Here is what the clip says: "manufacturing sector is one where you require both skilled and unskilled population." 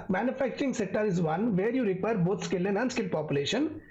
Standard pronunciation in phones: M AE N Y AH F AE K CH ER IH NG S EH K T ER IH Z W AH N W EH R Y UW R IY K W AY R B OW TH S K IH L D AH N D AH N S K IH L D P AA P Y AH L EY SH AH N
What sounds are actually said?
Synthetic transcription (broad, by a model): M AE N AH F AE K CH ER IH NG S EH K T ER IH Z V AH N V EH R Y UW R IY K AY R B OW T S K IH L AH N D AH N S K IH L P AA P Y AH L EY SH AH N